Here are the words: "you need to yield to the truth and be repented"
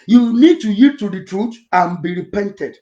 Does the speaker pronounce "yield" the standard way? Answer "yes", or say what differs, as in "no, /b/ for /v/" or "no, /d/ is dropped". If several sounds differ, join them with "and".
no, /l/ is dropped